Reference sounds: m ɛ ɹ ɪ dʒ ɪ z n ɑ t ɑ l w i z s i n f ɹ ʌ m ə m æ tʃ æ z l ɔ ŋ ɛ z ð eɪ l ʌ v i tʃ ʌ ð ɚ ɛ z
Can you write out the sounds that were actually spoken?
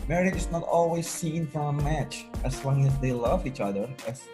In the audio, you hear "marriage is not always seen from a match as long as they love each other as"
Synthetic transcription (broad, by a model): m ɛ ɹ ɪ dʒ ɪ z n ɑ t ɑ l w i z s i n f ɹ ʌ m ə m æ tʃ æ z l ɔ ŋ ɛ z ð eɪ l ʌ v i tʃ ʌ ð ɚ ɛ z